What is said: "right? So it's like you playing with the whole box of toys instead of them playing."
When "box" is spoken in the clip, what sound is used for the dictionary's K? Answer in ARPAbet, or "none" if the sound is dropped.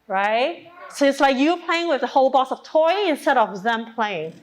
none